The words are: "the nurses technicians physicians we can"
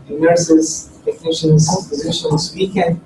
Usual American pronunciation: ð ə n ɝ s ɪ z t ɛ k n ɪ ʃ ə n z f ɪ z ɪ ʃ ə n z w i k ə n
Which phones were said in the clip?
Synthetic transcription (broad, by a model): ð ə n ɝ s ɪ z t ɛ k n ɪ ʃ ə n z p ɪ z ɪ ʃ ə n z w i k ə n